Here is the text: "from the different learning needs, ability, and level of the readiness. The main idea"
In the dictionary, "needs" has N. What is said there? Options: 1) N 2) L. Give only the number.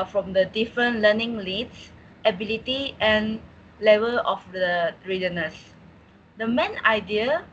2